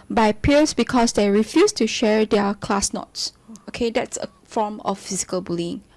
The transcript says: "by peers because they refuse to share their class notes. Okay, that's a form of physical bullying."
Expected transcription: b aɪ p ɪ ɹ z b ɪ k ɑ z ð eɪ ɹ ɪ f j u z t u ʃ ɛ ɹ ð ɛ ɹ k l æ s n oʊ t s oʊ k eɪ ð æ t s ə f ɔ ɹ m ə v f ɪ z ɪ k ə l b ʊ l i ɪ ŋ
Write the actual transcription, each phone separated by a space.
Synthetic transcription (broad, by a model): b aɪ p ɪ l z b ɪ k ɑ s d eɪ ɹ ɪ f j u s t u ʃ ɛ ɹ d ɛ k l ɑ s n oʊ t s oʊ k eɪ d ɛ t s ə f ɔ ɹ m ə f f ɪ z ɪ k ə l b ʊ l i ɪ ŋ